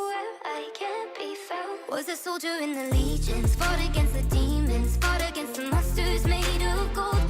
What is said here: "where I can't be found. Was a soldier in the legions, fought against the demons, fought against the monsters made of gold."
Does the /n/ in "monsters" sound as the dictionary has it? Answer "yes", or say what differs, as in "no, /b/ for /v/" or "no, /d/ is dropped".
no, /n/ is dropped